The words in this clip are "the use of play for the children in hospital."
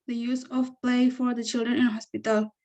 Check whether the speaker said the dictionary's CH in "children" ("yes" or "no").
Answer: yes